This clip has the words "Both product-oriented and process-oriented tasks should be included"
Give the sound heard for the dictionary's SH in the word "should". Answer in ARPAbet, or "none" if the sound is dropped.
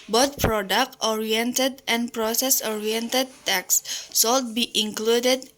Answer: S